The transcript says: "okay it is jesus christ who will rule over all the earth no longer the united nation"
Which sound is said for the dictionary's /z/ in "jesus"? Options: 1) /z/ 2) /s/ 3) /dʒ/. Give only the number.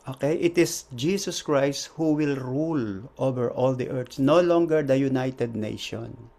2